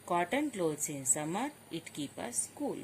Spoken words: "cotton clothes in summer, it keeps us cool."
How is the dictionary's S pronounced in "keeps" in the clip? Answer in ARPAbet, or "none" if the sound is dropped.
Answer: none